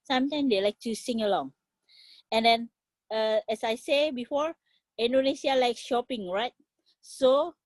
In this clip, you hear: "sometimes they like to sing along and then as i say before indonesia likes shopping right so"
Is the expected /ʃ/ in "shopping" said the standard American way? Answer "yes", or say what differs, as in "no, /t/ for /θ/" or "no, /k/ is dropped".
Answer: yes